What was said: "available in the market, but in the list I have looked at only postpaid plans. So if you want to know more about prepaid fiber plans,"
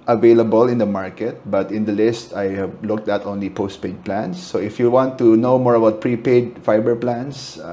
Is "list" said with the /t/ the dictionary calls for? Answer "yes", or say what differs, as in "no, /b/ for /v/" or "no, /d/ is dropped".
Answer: yes